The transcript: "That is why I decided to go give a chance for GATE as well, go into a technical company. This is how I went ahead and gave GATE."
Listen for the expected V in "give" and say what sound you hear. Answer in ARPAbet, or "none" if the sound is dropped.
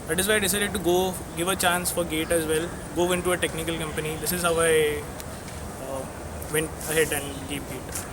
V